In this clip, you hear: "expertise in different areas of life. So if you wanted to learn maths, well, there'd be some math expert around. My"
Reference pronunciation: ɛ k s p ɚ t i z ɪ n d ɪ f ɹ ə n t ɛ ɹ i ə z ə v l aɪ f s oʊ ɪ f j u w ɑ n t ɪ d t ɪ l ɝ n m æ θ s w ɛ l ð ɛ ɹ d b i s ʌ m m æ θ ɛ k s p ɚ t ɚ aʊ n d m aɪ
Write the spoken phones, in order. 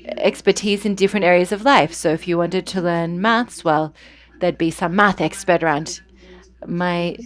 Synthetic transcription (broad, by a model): ɛ k s p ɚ t i z ɪ n d ɪ f ɹ ə n t ɛ ɹ i ə z ə v l aɪ f s oʊ ɪ f j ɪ w ɑ n t ɪ d t ɪ l ɝ n m æ θ s w ɛ l ð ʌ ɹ d b i s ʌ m m æ θ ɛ k s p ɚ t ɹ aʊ n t m aɪ